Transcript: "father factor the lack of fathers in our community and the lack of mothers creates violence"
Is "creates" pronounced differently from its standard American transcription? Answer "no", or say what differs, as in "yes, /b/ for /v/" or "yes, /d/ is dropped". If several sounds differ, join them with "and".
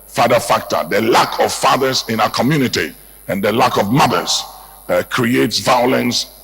no